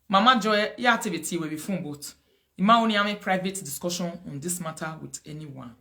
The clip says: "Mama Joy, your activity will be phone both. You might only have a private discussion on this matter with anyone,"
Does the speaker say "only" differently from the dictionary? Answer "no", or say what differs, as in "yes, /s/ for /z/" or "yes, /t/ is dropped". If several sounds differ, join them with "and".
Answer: yes, /l/ is dropped